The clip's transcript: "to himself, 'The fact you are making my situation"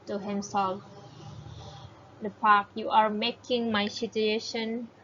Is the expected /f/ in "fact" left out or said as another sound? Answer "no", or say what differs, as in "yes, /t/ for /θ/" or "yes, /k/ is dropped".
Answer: yes, /p/ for /f/